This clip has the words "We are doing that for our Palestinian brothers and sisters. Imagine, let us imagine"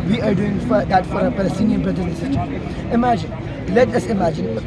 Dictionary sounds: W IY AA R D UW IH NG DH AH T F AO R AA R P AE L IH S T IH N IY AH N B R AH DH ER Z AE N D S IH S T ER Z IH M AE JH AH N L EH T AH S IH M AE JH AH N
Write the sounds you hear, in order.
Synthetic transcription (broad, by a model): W IY AA R D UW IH NG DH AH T F AO R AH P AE L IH S T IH N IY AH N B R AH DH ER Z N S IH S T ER IH M AE JH AH N L EH T AH S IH M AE JH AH N